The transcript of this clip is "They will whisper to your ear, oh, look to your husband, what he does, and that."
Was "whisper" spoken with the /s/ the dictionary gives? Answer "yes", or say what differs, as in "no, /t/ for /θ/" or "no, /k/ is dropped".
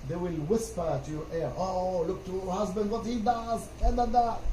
yes